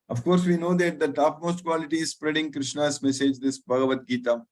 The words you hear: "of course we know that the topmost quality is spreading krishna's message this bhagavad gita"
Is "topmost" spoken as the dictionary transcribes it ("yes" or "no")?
yes